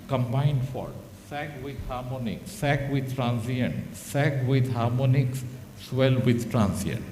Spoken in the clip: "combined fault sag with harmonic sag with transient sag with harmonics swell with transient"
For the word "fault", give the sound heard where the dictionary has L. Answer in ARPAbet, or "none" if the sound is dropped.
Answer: none